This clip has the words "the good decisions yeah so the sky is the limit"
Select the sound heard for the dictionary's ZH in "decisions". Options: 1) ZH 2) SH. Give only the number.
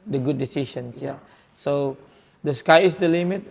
2